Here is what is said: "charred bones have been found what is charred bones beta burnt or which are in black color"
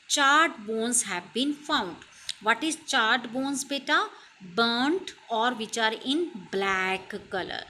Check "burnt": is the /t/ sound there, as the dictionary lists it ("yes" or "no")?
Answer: yes